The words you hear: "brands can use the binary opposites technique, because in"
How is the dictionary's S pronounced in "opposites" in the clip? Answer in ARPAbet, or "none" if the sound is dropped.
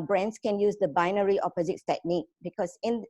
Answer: none